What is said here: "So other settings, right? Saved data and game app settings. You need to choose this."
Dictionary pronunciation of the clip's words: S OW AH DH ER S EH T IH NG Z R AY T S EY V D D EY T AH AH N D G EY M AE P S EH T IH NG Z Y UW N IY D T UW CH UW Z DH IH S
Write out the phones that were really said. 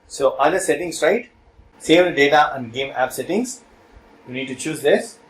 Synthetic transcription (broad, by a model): S OW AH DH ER S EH T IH NG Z R AY T S EY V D D EY T AH AH N D G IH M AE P S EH T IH NG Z Y UW N IY D T UW CH UW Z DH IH S